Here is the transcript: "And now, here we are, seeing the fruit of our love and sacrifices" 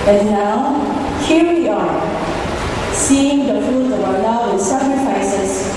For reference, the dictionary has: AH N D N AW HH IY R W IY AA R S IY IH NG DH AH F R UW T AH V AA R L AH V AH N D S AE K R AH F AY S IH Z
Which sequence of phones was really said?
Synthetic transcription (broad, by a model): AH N N AW HH IY R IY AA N S IY IH NG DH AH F UW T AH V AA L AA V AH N S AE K R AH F AY S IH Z